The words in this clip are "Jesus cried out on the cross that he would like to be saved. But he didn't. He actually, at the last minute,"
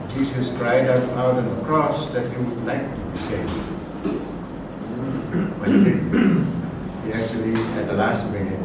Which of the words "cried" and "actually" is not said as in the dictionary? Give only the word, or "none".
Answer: none